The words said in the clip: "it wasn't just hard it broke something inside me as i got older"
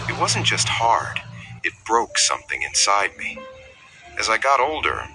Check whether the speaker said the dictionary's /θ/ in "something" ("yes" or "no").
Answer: yes